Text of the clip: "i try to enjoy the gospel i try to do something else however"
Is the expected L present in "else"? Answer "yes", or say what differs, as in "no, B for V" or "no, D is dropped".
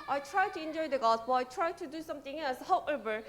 no, L is dropped